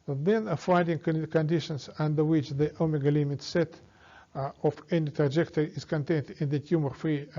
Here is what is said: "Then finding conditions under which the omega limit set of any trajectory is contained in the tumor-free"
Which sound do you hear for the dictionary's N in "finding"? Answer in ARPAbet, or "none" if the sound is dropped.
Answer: none